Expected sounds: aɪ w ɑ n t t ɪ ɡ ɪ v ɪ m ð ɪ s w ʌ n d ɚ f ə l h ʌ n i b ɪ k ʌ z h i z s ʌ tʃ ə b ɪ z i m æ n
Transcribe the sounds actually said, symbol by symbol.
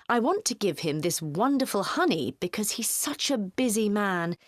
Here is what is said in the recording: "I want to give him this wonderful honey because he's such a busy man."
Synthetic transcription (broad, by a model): aɪ w ɑ n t t ɪ ɡ ɪ v ɪ m ð ɪ s w ʌ n d ɚ f ə l h ʌ n i b ɪ k ʌ z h i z s ʌ tʃ ə b ɪ z i m æ n